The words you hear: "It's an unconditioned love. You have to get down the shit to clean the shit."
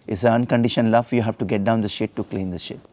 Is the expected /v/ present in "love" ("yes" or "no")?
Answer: no